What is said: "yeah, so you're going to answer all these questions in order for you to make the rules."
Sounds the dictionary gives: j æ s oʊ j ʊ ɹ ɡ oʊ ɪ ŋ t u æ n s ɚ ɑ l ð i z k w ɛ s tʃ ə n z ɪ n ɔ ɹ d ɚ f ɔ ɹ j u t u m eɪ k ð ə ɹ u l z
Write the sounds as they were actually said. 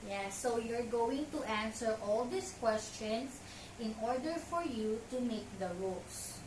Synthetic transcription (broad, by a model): j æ s oʊ j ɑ ɹ ɡ oʊ ɪ ŋ t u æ n s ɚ ɑ l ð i s k w ɛ s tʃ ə n s ɪ n ɔ ɹ d ɚ f ɔ ɹ j u t u m eɪ k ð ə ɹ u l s